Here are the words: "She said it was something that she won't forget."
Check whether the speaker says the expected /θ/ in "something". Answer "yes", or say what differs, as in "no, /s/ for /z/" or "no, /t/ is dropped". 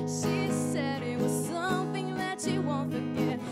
yes